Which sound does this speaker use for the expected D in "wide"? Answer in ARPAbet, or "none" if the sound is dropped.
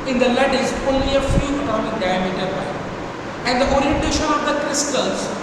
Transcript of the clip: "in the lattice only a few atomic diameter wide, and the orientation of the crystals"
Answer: none